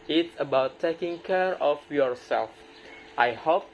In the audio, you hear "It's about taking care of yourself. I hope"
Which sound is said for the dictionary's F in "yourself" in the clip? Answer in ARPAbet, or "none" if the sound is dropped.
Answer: F